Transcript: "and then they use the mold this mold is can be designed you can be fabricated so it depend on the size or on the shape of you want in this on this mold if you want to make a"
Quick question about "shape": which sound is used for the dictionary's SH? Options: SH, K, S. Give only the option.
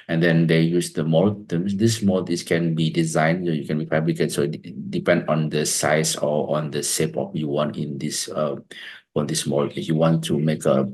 S